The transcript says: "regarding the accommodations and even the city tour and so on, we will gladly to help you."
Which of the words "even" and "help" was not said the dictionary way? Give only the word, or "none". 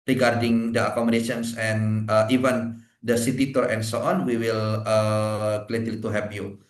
help